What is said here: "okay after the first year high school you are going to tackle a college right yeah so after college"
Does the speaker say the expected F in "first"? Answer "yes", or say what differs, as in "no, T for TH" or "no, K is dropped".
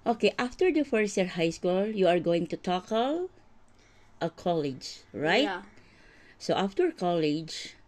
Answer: yes